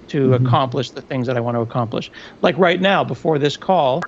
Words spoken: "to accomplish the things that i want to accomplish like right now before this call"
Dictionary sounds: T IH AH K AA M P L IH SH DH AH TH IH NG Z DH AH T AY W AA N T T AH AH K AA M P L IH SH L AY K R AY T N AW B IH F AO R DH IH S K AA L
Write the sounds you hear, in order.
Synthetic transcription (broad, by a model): T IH AH K AA M P L IH SH DH AH TH IH NG Z DH AH T AY W AA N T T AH AH K AA M P L IH SH L AY K R AY T N AW B IH F AO R DH IH S K AA L